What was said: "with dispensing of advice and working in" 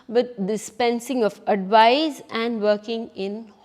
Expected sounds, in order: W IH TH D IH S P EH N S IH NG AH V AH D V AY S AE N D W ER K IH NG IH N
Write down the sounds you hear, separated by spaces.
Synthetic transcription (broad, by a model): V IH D D IH S P EH N S IH NG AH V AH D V AY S AE N D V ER K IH NG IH N